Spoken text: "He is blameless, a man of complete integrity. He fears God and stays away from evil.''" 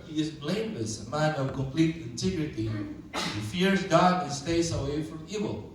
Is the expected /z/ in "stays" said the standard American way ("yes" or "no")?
no